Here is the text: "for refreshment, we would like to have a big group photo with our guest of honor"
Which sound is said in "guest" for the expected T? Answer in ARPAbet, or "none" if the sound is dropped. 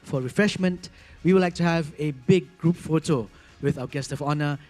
T